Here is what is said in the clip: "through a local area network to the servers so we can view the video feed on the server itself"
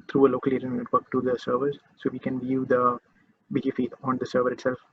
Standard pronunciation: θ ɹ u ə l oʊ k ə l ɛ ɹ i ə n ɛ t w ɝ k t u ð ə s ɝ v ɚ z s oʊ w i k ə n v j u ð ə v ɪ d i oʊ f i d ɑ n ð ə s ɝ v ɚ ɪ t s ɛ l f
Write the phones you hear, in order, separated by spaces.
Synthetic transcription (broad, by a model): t ɹ u ə l oʊ k ə l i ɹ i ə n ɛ t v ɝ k t u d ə s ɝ v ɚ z s oʊ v i k ə n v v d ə b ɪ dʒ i f i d ɑ n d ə s ɝ v ɚ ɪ t s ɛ l f